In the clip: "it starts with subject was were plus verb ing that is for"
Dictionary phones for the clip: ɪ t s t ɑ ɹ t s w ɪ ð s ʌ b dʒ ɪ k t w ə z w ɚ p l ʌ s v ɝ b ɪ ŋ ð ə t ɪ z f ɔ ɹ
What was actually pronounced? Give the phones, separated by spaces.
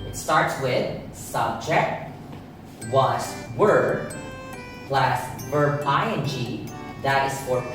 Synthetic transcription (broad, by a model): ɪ t s t ɑ ɹ t s w ɪ ð s ʌ b dʒ ɪ k t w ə s w ɚ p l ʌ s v ɝ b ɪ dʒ ð ə t ɪ z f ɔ ɹ